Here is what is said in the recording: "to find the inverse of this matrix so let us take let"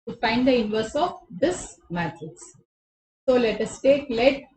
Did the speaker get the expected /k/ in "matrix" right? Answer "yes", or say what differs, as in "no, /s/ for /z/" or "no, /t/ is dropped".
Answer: no, /k/ is dropped